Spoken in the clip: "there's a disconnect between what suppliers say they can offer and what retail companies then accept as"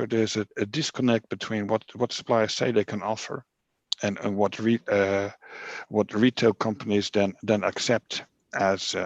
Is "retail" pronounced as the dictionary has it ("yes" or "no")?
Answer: yes